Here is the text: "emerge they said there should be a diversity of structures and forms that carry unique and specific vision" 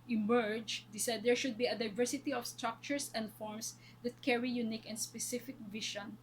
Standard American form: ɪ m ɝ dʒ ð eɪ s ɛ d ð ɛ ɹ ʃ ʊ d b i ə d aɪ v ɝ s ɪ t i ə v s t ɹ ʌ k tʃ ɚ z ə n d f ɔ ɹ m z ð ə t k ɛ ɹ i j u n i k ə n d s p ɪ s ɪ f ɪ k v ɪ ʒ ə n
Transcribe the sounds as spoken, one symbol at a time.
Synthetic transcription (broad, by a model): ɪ m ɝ dʒ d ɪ s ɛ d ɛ ɹ ʃ ʊ d b i ə d aɪ v ɝ s ɪ t i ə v s t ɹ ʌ k tʃ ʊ s ə n d f ɔ ɹ m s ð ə t k ɛ ɹ i j u n i k ə n d s p ɪ s ɪ f ɪ k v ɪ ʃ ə n